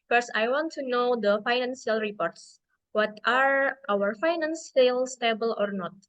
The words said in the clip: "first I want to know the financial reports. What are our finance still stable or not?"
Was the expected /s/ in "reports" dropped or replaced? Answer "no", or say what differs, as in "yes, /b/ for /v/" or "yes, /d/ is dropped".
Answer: no